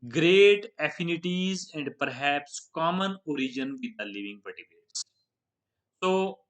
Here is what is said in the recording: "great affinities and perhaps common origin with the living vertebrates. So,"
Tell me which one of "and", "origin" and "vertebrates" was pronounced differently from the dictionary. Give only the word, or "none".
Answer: vertebrates